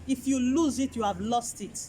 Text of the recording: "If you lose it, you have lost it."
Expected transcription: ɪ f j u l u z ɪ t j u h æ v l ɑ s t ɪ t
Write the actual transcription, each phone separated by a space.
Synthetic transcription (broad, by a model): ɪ f j u l u z ɪ t j u h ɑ v l ɑ s t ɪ t